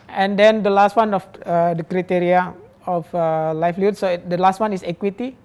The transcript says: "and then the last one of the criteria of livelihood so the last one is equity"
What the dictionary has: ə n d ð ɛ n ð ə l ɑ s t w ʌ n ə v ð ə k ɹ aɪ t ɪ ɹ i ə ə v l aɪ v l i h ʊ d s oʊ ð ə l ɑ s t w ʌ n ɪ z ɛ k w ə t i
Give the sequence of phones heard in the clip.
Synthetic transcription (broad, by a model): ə n d ɛ n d ə l ɑ s t w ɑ n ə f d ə k ɹ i t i ɹ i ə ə f l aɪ f l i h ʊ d s oʊ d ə l ɑ s t w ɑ n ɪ s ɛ k w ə t i